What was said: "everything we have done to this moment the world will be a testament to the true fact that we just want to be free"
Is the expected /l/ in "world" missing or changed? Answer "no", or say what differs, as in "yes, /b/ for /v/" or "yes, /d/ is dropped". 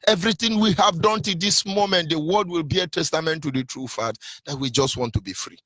yes, /l/ is dropped